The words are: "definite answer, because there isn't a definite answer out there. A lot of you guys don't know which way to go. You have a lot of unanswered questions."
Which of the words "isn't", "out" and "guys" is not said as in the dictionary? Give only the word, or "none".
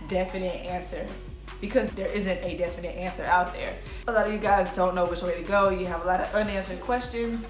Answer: none